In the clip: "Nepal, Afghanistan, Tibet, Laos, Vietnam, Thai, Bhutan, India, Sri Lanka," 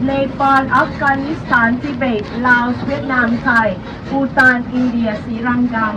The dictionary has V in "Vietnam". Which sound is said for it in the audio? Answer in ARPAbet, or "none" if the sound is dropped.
W